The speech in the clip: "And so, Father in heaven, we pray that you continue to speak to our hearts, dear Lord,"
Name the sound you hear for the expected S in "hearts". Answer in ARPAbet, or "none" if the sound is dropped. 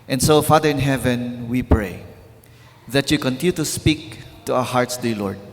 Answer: S